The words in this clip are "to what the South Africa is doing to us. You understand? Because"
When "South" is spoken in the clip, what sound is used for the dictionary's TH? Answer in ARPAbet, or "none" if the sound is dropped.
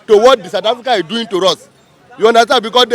T